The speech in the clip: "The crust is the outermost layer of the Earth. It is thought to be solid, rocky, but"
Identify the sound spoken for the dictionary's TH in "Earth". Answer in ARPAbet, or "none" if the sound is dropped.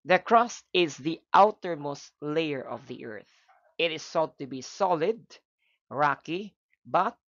TH